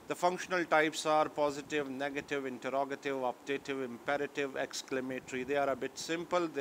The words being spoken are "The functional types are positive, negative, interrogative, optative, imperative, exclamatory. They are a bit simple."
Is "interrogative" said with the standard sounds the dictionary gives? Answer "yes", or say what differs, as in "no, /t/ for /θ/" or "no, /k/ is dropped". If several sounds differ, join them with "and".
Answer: yes